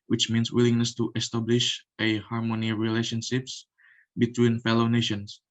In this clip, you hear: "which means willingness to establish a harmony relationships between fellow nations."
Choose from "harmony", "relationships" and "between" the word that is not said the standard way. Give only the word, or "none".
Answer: none